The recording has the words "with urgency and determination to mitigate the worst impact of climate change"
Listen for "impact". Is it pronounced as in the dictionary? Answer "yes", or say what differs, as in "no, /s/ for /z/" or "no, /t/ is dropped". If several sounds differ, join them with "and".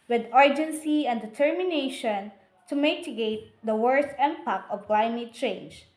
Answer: no, /t/ is dropped